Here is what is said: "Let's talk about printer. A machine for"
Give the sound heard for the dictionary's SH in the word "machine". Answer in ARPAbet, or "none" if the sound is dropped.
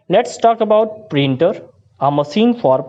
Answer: S